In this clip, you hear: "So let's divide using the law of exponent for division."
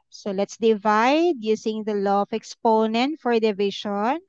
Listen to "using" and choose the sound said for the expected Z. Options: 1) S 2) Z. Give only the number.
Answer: 1